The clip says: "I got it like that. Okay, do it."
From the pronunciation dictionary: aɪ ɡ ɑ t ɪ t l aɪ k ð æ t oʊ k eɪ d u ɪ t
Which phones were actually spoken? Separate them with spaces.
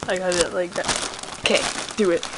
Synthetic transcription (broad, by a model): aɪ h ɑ ɪ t l aɪ k ð æ t oʊ k eɪ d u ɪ t